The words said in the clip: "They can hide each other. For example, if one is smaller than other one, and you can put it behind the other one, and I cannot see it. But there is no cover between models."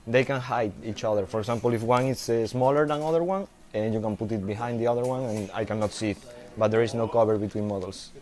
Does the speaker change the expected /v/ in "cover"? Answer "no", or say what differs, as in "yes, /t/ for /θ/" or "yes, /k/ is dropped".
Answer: yes, /b/ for /v/